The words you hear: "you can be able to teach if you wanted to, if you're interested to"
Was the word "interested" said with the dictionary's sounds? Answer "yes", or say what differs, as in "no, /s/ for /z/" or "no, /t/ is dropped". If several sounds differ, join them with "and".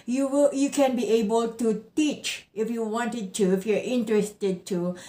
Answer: yes